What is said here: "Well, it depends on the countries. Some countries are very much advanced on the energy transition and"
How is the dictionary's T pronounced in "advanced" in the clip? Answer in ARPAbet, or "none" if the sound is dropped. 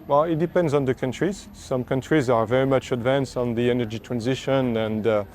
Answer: T